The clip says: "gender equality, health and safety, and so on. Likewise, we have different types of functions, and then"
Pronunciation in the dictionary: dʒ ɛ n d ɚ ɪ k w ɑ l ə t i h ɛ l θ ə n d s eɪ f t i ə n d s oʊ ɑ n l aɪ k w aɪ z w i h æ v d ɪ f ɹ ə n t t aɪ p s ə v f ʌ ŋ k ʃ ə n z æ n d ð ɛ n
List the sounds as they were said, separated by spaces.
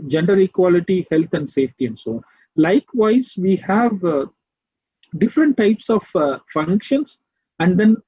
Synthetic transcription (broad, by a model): dʒ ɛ n d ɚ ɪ k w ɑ l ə t i h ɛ l t ə n d s eɪ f t i ə n d s oʊ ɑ n l aɪ k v aɪ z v i h æ v d ɪ f ɹ ə n t t aɪ p s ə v f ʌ ŋ k ʃ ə n s æ n d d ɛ n